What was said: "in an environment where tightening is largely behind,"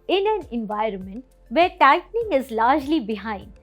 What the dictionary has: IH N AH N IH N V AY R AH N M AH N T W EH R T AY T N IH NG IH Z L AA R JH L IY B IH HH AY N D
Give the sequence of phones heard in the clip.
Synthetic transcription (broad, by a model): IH N AH N IH N V AY R AH N M AH N T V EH R T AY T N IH NG IH Z L AA R JH L IY B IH HH AY N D